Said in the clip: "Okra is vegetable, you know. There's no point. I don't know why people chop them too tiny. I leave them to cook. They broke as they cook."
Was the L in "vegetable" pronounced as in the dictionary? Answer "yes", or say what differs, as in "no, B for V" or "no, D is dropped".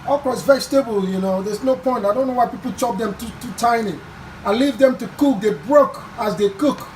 yes